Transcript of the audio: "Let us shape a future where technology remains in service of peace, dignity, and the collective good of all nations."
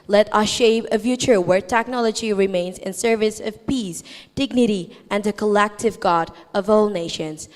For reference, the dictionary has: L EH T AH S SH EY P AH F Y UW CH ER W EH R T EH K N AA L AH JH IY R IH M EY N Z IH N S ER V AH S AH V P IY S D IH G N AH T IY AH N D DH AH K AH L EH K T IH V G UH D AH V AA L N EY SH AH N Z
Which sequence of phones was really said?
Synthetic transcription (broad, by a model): L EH T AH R SH EY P AH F Y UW CH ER W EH R T EH K N AA L AH JH IY R IH M EY N Z IH N S ER V AH S AH V P IY S D IH G N AH T IY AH N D DH AH K AH L EH K T IH V G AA D AH V AA L N EY SH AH N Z